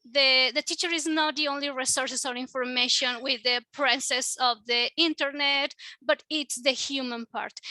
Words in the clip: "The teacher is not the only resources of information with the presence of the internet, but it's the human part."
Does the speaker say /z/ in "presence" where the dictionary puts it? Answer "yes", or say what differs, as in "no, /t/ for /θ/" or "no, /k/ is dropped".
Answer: no, /s/ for /z/